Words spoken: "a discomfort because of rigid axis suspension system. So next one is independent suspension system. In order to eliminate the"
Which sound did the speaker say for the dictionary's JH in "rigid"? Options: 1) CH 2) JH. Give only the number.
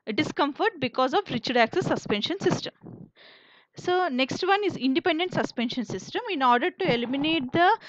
1